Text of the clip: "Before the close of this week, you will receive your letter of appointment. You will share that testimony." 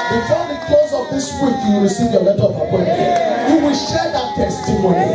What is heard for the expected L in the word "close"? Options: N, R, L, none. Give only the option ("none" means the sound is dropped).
none